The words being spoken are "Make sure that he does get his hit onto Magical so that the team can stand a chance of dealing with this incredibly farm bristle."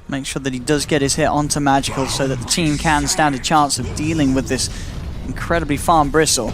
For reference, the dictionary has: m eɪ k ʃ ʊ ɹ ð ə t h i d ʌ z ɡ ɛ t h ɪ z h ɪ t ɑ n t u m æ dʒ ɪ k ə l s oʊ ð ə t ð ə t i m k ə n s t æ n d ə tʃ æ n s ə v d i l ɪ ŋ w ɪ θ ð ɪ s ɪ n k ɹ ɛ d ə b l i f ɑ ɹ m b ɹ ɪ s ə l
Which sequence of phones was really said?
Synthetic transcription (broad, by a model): m eɪ k ʃ ʊ ɹ ð ə t h i d ʌ z ɡ ɛ t h ɪ z h ɪ t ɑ n t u m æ dʒ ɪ k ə l s oʊ ð ə t ð ə t i m k ə n s t æ n d ə tʃ æ n s ə v d i l ɪ ŋ w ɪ ð ɪ s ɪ n k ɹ ɛ d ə b l i f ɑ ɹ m b ɹ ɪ s l